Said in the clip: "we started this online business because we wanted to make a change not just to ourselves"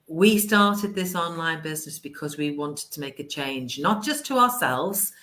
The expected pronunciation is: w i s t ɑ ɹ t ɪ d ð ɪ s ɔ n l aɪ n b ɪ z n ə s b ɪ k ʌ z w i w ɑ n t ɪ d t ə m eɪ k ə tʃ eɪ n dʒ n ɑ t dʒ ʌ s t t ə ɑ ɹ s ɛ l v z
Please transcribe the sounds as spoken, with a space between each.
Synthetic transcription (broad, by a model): w i s t ɑ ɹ t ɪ d ð ɪ s ɔ n l aɪ n b ɪ z n ə s b ɪ k ʌ z w i w ɑ n t ɪ d t ə m eɪ k ə tʃ eɪ n dʒ n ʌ t dʒ ʌ s t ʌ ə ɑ s ɛ l v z